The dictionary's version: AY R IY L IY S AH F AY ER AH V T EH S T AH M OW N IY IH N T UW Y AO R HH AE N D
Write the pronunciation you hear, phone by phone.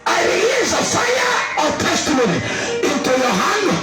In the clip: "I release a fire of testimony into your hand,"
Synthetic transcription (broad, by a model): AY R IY IY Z AH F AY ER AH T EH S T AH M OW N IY IH N T UW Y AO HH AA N